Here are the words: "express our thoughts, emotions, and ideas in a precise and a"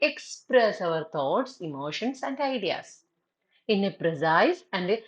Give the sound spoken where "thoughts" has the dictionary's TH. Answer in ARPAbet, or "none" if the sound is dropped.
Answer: T